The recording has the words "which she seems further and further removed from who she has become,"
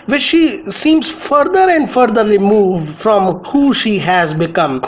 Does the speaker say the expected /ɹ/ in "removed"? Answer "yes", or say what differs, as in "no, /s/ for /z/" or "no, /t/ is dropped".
no, /l/ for /ɹ/